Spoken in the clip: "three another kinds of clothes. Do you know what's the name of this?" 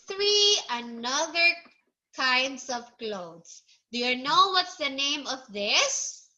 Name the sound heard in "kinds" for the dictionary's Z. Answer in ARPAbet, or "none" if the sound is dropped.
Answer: S